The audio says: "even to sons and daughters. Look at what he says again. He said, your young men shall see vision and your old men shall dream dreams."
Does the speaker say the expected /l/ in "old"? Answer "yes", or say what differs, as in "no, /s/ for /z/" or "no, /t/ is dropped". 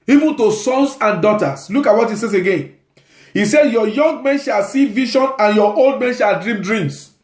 yes